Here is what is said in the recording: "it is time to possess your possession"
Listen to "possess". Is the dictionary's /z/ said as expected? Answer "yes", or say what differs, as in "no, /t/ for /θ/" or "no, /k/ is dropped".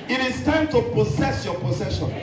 no, /s/ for /z/